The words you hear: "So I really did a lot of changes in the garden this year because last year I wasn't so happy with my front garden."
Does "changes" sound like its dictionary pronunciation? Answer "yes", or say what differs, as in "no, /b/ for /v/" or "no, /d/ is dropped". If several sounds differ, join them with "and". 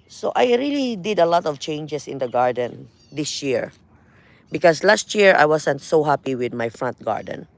no, /s/ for /z/